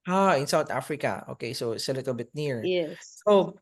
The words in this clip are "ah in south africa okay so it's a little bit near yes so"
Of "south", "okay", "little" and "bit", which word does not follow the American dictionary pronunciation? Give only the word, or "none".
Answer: south